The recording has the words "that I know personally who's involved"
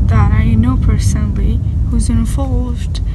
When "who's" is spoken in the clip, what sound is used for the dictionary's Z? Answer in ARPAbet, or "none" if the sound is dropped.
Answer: Z